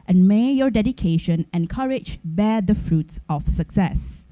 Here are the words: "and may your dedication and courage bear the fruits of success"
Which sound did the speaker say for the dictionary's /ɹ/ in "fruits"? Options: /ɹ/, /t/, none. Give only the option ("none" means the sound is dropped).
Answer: /ɹ/